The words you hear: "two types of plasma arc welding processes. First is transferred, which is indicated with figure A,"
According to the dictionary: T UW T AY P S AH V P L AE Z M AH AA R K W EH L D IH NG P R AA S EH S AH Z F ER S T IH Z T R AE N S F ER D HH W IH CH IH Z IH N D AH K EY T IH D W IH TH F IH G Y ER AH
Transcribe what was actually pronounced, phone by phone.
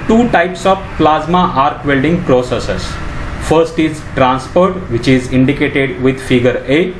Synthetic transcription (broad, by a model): T UW T AY P S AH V P L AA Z M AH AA R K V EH L D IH NG P R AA S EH S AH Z F ER S T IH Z T R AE N S P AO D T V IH CH IH Z IH N D AH K EY T IH D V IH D F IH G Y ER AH